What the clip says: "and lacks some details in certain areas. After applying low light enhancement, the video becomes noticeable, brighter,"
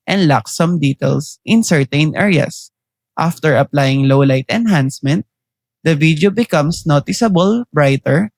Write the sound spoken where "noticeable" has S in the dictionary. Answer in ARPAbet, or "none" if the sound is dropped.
S